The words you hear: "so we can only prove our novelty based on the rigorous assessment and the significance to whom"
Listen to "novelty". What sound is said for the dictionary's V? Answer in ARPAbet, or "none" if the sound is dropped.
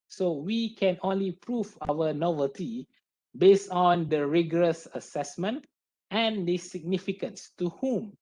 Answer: V